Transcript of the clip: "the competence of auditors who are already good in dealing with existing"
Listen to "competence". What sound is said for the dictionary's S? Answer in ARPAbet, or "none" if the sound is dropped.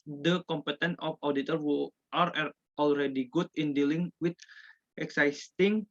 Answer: none